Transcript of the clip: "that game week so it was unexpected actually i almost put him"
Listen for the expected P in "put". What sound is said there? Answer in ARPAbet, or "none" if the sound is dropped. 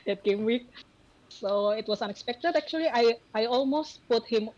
P